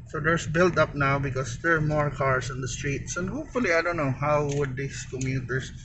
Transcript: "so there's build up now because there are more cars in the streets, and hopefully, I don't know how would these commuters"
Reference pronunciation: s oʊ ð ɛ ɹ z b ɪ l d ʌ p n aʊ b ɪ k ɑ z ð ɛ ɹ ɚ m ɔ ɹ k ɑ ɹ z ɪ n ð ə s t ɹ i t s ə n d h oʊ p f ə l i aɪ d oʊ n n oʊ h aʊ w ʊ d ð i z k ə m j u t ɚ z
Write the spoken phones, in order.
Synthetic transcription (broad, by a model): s oʊ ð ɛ ɹ s b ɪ l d ʌ p n aʊ b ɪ k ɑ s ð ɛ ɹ m ɔ ɹ k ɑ ɹ s ɪ n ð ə s t ɹ i t s ə n d h oʊ p f ə l i aɪ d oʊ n n oʊ h aʊ w ʊ d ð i s k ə m j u t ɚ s